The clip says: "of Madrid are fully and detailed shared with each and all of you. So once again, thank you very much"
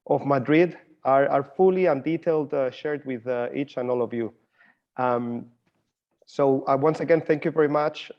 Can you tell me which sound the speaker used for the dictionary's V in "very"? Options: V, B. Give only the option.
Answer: V